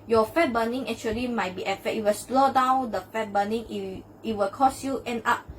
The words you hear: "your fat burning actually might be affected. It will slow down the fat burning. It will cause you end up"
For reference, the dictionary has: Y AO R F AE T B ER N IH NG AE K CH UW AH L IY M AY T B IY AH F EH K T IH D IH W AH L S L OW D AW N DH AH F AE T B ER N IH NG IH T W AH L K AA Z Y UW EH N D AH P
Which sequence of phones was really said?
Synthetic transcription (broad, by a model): Y AO F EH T B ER N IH NG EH K CH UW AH L IY M AY T B IY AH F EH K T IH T W AH L S L OW D AW N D AH F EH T B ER N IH NG IH T W AH L K AA S Y UW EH N AA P